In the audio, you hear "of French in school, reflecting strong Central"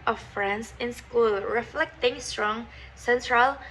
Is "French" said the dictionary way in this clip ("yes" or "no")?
no